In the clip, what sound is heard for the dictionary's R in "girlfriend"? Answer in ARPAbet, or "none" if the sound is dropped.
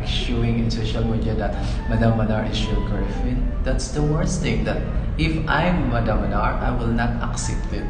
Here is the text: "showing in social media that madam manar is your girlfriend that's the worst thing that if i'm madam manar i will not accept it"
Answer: none